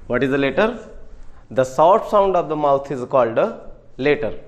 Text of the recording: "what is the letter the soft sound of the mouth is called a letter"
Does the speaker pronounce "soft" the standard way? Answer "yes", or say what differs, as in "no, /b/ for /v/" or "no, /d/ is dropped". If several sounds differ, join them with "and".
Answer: no, /f/ is dropped